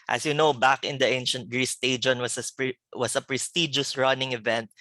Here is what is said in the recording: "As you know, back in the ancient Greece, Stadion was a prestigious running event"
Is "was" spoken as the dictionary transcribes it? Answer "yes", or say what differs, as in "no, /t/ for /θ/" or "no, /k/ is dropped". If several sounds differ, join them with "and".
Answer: no, /s/ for /z/